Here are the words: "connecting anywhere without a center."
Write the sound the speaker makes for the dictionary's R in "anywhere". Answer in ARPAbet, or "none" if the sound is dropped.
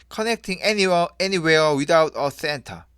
W